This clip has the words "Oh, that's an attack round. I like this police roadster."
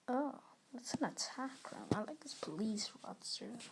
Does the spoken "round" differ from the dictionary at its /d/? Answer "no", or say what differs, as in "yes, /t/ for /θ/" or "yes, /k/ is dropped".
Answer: yes, /d/ is dropped